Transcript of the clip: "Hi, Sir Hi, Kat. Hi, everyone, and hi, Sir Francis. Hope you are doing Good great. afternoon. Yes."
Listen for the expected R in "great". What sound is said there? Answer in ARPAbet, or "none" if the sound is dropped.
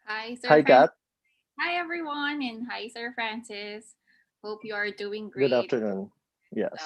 none